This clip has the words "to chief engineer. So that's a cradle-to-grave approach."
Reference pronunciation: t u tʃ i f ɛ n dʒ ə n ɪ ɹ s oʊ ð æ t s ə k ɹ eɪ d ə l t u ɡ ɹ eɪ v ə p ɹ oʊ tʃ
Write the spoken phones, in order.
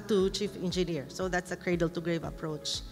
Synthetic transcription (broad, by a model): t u tʃ i f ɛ n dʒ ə n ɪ ɹ s oʊ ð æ t s ə k ɹ eɪ d ə l t u ɡ ɹ eɪ v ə p ɹ oʊ tʃ